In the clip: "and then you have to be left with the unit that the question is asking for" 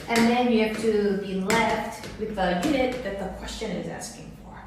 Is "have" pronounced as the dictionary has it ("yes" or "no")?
no